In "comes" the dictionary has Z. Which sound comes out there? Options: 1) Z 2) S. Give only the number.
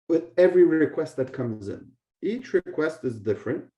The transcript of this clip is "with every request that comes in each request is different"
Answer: 1